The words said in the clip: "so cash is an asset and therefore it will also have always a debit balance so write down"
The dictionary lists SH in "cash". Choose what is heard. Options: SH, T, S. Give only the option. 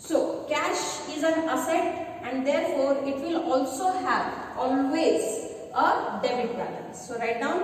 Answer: SH